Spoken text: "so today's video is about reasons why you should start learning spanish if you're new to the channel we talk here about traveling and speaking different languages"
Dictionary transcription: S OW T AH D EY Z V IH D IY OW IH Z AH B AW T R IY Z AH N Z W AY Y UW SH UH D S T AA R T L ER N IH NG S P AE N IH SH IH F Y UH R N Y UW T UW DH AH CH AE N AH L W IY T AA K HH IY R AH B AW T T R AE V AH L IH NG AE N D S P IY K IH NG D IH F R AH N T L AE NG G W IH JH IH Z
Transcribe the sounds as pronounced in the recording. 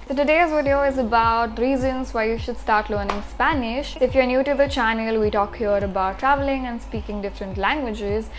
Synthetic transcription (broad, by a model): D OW T AH D EY Z V IH D IY OW IH Z AH B AW T R IY Z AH N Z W AY Y UW SH UH D S T AA R T L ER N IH NG S P AE N IH SH IH F Y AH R N Y UW T UW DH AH CH AE N AH L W IY T AA K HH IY R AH B AW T T R AE V AH L IH NG AE N D S P IY K IH NG D IH F R AH N T L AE NG G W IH JH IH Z